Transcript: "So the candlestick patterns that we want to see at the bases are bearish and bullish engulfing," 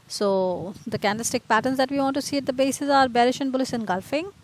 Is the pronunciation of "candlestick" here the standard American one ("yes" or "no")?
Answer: no